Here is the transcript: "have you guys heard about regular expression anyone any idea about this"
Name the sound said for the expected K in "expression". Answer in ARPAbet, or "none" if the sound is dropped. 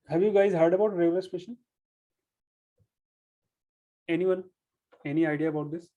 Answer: none